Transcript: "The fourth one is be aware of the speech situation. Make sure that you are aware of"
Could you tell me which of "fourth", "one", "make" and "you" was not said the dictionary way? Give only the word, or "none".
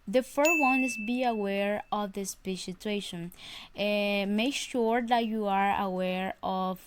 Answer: fourth